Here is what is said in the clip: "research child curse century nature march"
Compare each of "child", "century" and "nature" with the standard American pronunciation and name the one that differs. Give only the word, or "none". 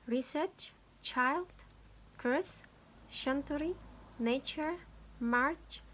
century